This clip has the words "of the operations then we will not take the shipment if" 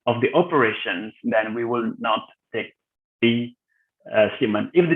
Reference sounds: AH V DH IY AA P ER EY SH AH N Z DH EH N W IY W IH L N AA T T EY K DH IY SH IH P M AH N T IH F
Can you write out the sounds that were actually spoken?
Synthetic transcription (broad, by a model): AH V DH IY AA P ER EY SH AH N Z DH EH N W IY W IH L N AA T T EY K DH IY S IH M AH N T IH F